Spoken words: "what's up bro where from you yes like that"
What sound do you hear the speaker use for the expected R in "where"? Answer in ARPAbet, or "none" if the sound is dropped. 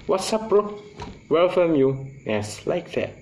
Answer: L